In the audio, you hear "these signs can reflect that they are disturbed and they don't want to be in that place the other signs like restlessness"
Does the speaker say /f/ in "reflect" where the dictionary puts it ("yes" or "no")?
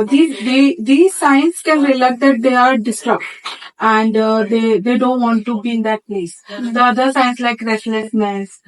no